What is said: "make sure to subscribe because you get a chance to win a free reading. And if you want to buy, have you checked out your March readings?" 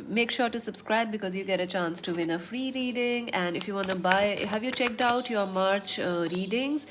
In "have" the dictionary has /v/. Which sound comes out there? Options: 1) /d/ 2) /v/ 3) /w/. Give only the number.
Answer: 2